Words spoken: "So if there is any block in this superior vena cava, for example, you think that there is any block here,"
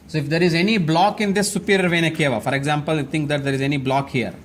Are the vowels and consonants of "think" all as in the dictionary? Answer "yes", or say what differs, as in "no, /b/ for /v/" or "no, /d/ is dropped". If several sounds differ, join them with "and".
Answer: no, /t/ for /θ/